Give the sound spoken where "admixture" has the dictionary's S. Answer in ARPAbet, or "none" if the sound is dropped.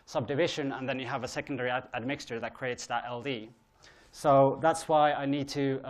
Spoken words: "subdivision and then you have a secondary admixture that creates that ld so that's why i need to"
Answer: S